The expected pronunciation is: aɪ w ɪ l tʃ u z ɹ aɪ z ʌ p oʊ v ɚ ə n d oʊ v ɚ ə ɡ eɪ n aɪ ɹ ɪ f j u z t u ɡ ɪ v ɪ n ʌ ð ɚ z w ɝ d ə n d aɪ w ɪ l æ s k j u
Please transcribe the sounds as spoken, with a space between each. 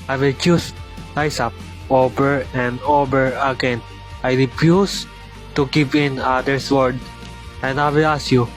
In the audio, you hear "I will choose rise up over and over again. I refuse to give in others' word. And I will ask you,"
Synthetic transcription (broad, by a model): aɪ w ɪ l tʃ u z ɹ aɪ s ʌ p oʊ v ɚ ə n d oʊ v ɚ ə ɡ eɪ n aɪ ɹ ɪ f j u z t u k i p ɪ n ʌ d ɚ s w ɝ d ə n d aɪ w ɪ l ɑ s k j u